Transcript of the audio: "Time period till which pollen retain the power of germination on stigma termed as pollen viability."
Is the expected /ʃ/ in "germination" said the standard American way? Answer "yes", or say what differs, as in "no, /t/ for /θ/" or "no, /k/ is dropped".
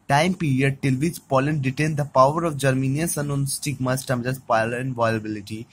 no, /s/ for /ʃ/